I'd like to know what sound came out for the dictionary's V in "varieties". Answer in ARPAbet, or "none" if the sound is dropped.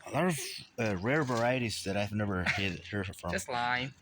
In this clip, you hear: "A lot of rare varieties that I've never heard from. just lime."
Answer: V